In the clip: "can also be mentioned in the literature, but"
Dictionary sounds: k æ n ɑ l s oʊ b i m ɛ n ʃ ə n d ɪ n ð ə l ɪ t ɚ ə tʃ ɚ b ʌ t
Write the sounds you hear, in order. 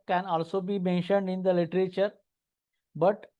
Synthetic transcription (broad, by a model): k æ n ɑ l s oʊ b i m ɛ n ʃ ə n d ɪ n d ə l ɪ t ɚ ə tʃ ɚ b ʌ t